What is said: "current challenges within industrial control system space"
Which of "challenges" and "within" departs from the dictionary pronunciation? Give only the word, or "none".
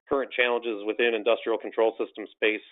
none